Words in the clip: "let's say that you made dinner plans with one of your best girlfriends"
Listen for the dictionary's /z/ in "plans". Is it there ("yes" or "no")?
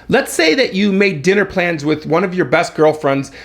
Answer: yes